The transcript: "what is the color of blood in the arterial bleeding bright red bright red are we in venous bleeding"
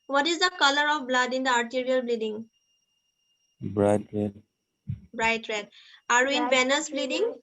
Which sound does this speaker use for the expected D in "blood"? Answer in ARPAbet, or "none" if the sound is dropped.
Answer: D